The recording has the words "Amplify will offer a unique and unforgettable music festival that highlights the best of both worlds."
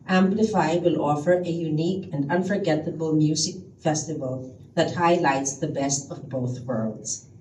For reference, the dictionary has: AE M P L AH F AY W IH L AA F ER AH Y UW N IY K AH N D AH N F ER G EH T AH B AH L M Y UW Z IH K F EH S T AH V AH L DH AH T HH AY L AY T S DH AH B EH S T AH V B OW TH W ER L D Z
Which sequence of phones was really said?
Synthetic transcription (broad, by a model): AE M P L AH F AY W IH L AA F ER AH Y UW N IY K AH N D AH N F ER G EH T AH B AH L M Y UW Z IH K F EH S T AH V AH L DH AH T HH AY L AY T S DH AH B EH S T AH V B OW TH W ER L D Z